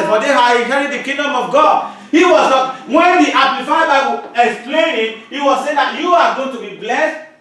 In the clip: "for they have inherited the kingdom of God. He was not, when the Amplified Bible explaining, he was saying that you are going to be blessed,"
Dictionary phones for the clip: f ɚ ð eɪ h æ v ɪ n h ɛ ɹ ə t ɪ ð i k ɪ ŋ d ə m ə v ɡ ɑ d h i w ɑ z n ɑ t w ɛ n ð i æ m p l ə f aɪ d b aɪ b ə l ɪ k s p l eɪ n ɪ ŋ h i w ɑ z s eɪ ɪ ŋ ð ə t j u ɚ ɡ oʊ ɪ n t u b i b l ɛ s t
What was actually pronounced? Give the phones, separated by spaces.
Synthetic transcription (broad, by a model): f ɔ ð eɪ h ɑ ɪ h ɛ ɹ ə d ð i k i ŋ d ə m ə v ɡ ɑ d h i w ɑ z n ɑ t w ɛ n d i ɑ p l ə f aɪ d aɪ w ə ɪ k s p l eɪ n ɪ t h i w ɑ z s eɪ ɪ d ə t j u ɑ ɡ oʊ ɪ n t u b i b l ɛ s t